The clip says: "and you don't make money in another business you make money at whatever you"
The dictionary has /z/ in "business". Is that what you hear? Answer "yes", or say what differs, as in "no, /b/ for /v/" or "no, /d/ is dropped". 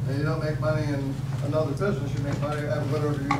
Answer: yes